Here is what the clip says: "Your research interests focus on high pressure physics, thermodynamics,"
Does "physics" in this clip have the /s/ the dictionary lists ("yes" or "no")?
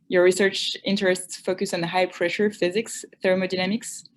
yes